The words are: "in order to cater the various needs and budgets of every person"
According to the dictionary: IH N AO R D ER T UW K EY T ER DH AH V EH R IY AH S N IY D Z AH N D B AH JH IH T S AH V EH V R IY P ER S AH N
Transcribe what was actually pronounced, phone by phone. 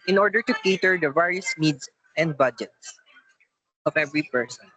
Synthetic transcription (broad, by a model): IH N AO R D ER T UW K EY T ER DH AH V EH R IY AH S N IY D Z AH N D B AH JH IH T S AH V EH V R IY P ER S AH N